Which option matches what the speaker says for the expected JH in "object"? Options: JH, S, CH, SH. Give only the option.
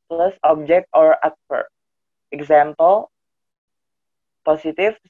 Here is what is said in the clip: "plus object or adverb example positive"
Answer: JH